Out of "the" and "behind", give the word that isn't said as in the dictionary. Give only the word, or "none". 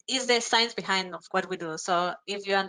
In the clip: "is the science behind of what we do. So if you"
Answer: none